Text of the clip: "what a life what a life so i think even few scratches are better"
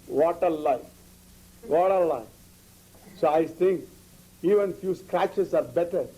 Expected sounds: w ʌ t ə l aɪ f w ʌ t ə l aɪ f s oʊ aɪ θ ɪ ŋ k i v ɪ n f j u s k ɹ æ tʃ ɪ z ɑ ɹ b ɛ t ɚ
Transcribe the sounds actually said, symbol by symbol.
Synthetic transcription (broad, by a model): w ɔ t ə l aɪ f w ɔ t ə l aɪ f s oʊ aɪ t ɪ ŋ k i v ɪ n f j u s k ɹ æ tʃ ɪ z ɑ ɹ b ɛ t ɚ